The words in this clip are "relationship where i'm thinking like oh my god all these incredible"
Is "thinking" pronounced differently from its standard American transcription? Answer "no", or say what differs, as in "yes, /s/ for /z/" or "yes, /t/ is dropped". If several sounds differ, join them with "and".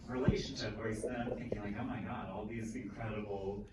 no